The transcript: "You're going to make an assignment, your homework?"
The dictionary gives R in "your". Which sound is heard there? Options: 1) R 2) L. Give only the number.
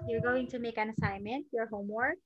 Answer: 1